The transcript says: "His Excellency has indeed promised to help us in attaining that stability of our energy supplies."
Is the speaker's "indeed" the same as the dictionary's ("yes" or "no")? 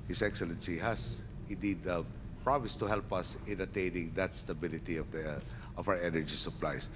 no